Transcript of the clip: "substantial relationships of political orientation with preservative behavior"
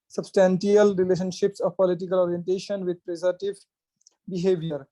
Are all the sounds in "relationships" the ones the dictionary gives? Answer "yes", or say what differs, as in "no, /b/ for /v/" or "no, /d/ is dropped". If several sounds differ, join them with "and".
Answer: yes